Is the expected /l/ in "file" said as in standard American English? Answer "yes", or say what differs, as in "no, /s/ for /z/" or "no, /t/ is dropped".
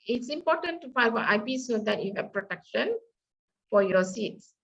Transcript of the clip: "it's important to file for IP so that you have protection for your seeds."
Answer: no, /n/ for /l/